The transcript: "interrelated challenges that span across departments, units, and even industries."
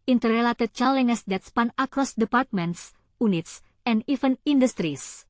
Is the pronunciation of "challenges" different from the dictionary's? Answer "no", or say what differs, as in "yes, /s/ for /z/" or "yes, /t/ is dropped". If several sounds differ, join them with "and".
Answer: yes, /dʒ/ is dropped